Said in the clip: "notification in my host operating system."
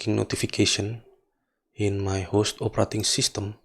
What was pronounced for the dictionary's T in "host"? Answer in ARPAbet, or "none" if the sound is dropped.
T